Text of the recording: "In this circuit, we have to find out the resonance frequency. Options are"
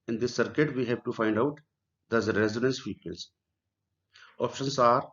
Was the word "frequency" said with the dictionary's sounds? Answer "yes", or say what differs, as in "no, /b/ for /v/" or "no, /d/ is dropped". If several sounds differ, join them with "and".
no, /ɹ/ is dropped